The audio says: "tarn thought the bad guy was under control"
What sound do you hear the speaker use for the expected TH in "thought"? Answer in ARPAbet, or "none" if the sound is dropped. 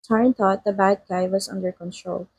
T